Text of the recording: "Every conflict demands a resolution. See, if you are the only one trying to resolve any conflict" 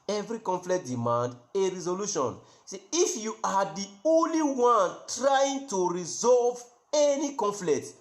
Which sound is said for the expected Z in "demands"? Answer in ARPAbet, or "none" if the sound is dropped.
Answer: none